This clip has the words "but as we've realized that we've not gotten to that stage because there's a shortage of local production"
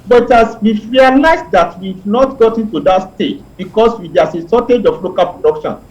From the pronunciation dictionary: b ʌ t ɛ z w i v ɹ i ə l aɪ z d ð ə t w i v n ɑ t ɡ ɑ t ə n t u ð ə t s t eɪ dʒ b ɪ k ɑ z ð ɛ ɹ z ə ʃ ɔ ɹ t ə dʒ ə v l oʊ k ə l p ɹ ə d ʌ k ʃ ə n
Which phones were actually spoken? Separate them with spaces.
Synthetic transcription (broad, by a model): b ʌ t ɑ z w i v ɹ i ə l aɪ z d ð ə t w i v n ɑ t ɡ ɑ t ə n t u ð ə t s t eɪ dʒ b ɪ k ɑ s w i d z ə s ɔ t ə dʒ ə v l oʊ k ə l p ɹ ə d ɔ k ʃ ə n